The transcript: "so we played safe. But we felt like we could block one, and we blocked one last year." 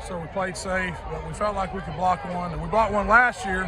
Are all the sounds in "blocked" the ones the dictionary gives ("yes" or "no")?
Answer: no